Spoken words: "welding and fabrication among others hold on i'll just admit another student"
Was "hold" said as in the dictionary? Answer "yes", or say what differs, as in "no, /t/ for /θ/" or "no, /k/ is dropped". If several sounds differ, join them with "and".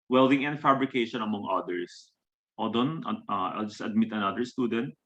no, /l/ is dropped